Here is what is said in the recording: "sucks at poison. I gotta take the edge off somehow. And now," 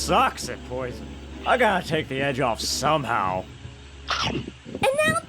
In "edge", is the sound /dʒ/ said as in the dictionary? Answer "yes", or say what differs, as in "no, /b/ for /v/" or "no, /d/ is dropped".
yes